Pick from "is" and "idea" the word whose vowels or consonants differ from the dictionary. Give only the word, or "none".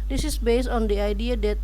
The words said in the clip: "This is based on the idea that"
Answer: is